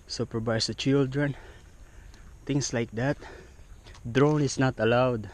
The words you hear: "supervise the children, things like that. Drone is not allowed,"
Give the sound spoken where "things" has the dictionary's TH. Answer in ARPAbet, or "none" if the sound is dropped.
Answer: T